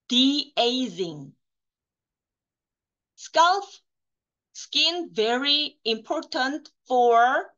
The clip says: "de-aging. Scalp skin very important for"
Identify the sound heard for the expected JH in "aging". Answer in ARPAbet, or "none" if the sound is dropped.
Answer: Z